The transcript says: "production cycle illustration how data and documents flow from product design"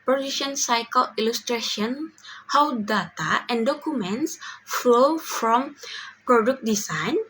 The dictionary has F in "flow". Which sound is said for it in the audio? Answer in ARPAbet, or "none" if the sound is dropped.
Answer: F